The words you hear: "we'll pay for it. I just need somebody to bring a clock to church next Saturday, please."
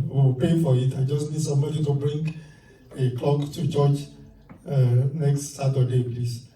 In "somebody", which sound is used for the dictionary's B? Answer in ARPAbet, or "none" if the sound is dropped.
none